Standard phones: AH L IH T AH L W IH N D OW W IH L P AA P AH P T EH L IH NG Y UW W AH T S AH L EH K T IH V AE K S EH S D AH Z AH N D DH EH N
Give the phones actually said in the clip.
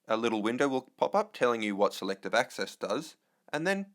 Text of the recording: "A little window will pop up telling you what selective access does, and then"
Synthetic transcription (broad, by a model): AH L IH T L W IH N D OW W IH L P AA P AH P T EH L IH NG Y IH W AH T S AH L EH K T IH V AE K S EH S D AH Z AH N DH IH N